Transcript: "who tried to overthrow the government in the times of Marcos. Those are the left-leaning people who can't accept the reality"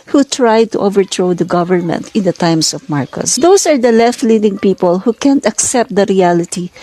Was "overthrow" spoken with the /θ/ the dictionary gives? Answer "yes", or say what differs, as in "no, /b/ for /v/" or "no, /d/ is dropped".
no, /t/ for /θ/